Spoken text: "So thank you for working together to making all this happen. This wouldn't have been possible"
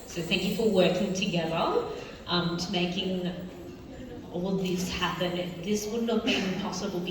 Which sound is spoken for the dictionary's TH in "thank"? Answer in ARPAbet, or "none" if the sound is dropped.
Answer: TH